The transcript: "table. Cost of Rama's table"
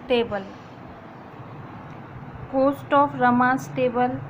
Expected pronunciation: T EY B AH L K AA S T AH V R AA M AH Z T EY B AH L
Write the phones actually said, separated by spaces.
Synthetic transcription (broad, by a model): T EY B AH L K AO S T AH P R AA M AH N T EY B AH L